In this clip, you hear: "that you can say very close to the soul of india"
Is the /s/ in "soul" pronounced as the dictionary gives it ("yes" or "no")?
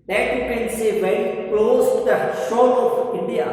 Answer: no